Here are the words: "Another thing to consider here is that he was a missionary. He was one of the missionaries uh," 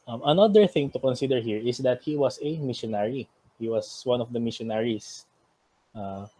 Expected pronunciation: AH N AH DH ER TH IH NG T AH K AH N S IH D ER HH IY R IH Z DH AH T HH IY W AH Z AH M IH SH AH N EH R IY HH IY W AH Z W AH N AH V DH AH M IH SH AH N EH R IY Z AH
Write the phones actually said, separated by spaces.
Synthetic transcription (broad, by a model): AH N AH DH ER TH IH NG T AH K AH N S IH D ER HH IY R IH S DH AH T HH IY W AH S AH M IH SH AH N EH R IY HH IY W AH S W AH N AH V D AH M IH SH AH N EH R IY S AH